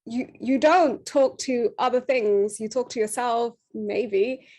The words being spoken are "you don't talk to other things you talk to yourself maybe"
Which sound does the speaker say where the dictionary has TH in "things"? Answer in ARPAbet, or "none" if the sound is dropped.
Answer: TH